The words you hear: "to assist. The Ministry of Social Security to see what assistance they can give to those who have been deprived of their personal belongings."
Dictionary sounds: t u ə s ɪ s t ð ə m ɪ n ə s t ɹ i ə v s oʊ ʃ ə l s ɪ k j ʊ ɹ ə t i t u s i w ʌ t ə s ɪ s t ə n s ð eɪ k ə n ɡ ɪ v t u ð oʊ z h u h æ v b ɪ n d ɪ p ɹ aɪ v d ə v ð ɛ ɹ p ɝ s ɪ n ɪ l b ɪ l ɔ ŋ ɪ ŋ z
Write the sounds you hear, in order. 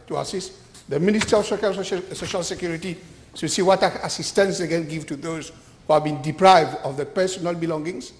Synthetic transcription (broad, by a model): t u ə s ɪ s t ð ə m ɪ n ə s t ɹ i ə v s oʊ ʃ ə l s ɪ k j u ɹ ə t i s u s i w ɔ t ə s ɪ s t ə n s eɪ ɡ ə n ɡ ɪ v t u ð oʊ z h u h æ v b ɪ n d ɪ p ɹ aɪ v d ə v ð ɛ p ɝ s ɪ n ɪ l b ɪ l ɔ ŋ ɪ ŋ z